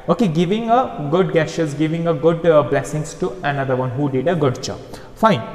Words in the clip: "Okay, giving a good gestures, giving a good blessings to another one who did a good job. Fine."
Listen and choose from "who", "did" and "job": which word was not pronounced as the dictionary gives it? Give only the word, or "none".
job